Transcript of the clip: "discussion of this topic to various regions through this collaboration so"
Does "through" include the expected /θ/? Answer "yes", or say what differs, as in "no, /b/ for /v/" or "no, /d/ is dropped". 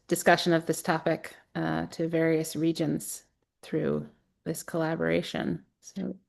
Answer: yes